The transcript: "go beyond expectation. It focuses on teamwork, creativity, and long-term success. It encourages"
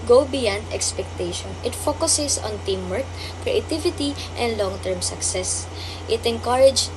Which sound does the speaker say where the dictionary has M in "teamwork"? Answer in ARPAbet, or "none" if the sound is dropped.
M